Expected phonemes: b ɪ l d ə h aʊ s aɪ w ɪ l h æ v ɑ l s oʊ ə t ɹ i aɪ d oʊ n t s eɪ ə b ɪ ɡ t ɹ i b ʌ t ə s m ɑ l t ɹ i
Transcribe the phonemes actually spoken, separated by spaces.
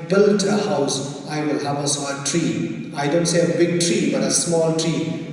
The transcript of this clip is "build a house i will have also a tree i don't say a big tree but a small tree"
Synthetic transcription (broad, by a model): b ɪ l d ə h aʊ s aɪ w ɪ l h æ v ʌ s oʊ ə t ɹ i aɪ d oʊ n t s eɪ ə b ɪ ɡ t ɹ i b ʌ t ə s m ɑ l t ɹ i